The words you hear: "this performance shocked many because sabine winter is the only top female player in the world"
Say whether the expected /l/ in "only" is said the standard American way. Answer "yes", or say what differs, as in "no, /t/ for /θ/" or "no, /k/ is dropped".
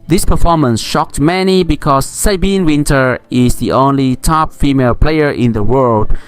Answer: yes